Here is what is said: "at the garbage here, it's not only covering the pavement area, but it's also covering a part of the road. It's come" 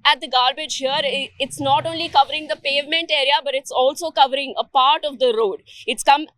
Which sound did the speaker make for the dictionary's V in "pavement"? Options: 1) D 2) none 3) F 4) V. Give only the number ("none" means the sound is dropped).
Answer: 4